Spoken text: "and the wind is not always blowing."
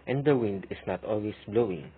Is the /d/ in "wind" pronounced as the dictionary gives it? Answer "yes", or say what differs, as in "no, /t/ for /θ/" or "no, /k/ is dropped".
yes